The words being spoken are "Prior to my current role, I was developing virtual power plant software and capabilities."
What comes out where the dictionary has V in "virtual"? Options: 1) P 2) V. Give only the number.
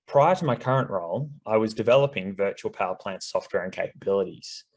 2